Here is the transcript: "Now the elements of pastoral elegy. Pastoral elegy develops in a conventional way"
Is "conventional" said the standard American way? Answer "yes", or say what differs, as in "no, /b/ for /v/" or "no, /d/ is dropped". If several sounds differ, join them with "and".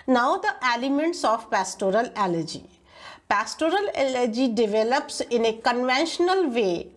yes